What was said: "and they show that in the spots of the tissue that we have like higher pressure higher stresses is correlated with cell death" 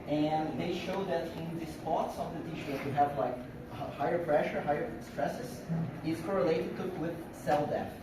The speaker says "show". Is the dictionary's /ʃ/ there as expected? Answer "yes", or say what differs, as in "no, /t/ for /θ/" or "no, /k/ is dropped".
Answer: yes